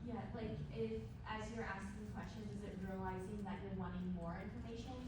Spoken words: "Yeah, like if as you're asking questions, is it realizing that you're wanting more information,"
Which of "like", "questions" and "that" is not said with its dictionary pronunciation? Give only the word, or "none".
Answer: none